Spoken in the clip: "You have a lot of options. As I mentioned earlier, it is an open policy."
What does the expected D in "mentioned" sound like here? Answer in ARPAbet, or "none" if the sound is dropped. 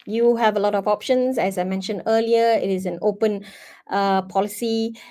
D